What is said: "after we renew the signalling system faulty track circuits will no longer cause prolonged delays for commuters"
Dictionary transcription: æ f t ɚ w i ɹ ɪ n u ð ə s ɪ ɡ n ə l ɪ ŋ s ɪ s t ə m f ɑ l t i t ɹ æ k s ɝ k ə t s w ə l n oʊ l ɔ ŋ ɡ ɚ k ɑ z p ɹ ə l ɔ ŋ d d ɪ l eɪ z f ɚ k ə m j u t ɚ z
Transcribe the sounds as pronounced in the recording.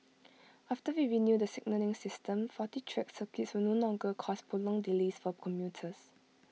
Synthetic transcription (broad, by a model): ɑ f t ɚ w i ɹ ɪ n u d ə s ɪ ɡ n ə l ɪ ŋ s ɪ s t ə m f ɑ t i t ɹ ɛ k s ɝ k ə t s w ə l n oʊ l ɔ ŋ ɡ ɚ k ɑ s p ə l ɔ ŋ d d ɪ l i s f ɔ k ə m j u t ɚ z